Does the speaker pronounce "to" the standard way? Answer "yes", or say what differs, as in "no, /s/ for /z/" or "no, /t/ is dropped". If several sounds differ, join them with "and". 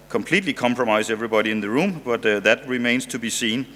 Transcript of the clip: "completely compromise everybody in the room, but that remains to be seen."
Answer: yes